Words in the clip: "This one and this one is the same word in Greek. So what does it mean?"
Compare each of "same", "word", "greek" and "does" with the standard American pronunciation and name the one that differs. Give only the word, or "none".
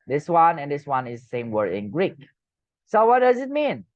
word